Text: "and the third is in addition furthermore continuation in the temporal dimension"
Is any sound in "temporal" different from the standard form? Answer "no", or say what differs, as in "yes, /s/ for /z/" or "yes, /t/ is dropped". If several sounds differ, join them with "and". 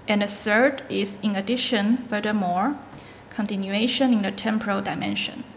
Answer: no